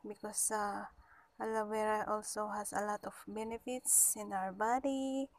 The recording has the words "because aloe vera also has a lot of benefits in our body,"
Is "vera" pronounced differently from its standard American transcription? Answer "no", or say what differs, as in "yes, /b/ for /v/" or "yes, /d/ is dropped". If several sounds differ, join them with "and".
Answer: yes, /w/ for /v/